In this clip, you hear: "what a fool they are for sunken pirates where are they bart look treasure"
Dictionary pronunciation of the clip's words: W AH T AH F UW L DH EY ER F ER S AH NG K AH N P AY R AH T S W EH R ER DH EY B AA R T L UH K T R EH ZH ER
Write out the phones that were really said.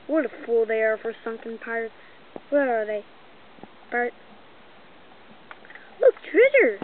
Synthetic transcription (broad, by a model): W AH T AH F UW L DH EY ER F ER S AH NG K AH N P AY R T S W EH L ER DH EY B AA R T L UH K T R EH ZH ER